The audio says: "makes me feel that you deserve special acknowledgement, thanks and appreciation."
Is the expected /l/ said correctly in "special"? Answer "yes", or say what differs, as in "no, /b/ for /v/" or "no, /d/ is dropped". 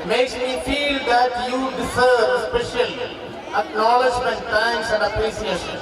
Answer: no, /n/ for /l/